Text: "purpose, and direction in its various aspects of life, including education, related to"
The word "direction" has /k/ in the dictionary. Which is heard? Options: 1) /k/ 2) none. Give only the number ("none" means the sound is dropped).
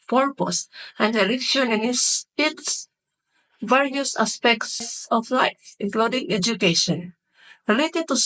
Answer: 2